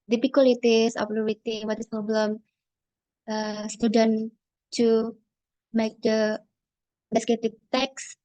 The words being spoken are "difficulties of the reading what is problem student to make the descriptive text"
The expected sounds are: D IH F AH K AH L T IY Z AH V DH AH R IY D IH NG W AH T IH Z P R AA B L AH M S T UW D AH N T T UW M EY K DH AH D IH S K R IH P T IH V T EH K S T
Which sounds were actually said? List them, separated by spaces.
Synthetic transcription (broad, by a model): D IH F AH K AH L T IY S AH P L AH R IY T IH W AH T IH S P R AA B L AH M S T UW D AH N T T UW M EY K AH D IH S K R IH T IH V T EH K S